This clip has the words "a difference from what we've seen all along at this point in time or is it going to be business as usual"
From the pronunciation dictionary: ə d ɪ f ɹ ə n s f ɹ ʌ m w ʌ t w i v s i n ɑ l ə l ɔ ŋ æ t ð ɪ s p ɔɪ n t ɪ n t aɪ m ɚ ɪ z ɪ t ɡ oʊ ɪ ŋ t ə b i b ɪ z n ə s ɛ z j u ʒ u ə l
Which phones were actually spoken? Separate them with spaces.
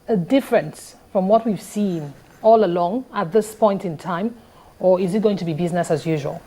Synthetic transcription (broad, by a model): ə d ɪ f ɹ ə n s f ɹ ʌ m w ʌ t w i v s i n ɑ l ə l ɔ ŋ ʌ t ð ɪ s p ɔɪ n t ɪ n t aɪ m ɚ ɪ z ɪ t ɡ oʊ ɪ ŋ t ə b i b ɪ z n ə s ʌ z j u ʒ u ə l